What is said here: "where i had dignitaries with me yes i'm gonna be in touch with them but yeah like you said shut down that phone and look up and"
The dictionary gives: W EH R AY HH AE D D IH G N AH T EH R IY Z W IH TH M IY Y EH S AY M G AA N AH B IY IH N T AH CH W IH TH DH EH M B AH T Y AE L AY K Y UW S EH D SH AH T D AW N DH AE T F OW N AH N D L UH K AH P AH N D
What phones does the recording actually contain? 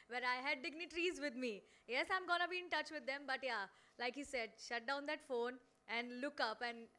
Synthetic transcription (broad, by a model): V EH R AY HH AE D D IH G N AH T R IY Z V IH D M IY Y EH S AY M G AA N AH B IY IH N T AH CH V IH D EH M B AH T Y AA L AY K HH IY S EH D SH AH T D AW N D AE T F OW N AH N D L UH K AH P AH N D